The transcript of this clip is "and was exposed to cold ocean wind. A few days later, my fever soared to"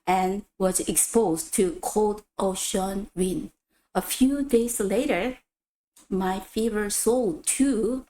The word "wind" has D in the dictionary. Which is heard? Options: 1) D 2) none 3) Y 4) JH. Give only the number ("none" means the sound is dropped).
2